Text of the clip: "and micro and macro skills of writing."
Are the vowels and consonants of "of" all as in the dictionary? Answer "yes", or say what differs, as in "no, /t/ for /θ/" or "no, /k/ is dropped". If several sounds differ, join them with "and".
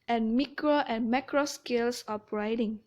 no, /p/ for /v/